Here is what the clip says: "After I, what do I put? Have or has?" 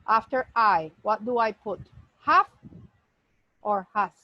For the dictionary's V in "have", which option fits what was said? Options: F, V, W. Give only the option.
F